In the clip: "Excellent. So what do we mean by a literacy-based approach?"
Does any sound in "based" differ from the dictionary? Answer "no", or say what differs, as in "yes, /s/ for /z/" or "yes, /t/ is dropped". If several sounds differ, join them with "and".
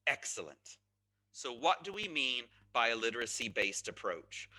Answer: no